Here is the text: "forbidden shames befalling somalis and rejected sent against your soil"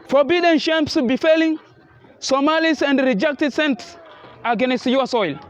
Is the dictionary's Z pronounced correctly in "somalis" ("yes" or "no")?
no